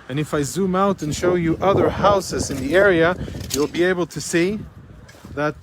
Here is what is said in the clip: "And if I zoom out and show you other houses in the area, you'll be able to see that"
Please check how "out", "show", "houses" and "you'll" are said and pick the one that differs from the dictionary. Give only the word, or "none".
none